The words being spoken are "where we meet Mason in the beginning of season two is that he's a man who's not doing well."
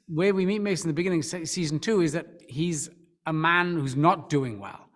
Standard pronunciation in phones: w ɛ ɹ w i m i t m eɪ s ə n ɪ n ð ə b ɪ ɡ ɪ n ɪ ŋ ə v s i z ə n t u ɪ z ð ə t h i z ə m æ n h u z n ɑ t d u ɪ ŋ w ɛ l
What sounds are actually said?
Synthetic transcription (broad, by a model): w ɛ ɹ w i m i t m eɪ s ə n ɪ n ð ə b ɪ ɡ ɪ n ɪ ŋ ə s s i z ə n t u ɪ z ð ə t h i z ə m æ n h u z n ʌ t d u ɪ ŋ w ɛ l